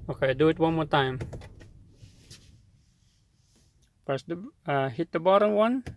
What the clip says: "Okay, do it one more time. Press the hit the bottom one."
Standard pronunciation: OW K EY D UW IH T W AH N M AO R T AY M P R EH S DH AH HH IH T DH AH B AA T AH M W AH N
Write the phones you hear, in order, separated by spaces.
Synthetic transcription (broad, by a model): OW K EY D UW IH T W AH N M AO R T AY M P EH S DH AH HH IH T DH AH B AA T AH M W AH N